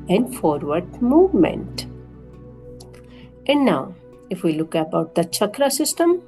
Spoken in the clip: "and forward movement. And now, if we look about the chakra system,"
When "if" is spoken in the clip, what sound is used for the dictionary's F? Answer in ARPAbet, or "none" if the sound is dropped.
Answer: F